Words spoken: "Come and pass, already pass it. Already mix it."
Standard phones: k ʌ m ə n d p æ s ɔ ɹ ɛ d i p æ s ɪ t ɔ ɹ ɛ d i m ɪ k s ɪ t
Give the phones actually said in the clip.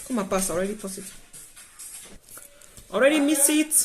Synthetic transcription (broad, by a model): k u m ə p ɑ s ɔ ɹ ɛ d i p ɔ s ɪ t ɔ ɹ ɛ d i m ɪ s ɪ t